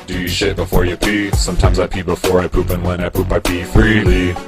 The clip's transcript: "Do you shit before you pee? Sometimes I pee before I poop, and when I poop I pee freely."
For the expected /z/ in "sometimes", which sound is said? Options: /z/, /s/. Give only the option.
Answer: /z/